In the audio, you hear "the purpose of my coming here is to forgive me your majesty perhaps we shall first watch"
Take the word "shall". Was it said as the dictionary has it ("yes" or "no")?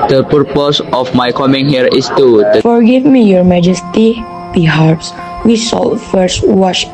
no